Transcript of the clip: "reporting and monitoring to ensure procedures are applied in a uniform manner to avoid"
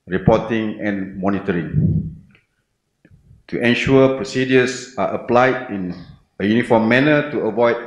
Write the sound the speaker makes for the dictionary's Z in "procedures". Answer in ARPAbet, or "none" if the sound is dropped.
S